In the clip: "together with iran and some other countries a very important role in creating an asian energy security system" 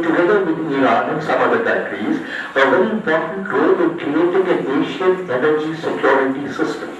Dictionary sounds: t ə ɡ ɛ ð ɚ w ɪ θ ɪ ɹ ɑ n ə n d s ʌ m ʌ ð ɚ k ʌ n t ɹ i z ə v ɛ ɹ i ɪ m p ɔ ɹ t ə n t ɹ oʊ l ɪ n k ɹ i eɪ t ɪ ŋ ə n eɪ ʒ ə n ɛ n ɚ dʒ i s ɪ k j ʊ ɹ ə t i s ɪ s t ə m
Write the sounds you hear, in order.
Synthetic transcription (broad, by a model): t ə ɡ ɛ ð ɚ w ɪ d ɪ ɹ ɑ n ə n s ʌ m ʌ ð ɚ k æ t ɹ i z ə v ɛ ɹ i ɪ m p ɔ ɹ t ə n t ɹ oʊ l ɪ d k ɹ i eɪ t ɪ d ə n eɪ ʃ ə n ɛ n ɚ dʒ i s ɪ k j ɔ ɹ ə t i s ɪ s t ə m